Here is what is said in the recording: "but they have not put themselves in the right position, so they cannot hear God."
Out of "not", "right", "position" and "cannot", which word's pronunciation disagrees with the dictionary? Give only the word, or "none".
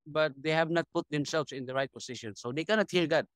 position